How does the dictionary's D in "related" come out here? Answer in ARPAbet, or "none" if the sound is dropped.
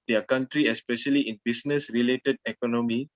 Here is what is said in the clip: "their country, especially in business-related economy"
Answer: D